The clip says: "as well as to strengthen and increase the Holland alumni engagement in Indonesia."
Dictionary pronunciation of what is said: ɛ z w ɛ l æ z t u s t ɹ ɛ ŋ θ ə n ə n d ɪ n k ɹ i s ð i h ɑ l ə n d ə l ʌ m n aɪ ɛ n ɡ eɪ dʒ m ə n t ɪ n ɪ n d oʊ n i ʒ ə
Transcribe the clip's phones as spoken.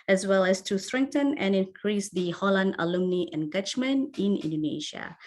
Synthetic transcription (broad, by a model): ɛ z w ɛ l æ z t u s t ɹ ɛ ŋ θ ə n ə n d ɪ n k ɹ i s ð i h ɑ l ə n d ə l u m n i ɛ n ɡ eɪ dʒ m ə n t ɪ n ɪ n d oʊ n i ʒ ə